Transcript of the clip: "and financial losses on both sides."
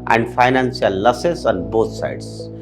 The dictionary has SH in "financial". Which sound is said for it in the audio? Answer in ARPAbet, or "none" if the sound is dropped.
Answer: S